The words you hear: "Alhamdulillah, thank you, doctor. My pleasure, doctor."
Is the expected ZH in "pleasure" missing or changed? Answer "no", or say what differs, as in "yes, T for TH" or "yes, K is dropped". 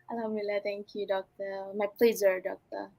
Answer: yes, Z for ZH